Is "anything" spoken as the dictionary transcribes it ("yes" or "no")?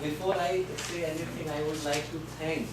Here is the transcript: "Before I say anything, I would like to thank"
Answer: no